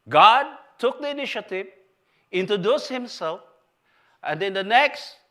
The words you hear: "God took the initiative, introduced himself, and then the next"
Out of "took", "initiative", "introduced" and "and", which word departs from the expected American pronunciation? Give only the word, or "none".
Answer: introduced